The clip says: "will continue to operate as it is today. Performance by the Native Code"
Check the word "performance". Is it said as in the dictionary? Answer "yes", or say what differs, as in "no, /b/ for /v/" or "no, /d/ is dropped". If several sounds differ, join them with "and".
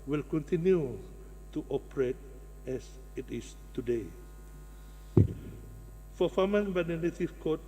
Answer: no, /f/ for /p/ and /s/ is dropped